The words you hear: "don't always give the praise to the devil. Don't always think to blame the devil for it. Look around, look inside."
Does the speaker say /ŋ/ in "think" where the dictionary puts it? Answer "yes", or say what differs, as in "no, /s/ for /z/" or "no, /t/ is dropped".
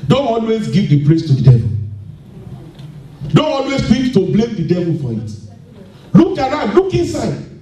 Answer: no, /ŋ/ is dropped